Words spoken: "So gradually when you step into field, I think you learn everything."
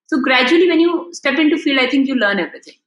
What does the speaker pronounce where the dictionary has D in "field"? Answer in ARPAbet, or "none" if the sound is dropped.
none